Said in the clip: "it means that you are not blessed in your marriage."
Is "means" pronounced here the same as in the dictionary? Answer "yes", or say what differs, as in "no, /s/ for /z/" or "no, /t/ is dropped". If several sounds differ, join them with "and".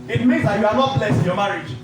no, /n/ is dropped